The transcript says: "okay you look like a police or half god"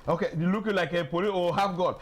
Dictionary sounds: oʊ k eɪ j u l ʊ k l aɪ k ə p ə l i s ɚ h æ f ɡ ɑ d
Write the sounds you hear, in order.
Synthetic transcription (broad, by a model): oʊ k eɪ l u k l aɪ k ə p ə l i ɔ h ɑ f ɡ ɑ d